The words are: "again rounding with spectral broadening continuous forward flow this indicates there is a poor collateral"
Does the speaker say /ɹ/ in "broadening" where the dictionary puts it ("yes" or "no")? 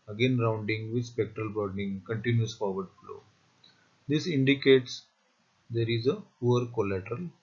no